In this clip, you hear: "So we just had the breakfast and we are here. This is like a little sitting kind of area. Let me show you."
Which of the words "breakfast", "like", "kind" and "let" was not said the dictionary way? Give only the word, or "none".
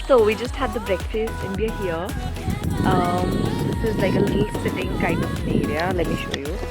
none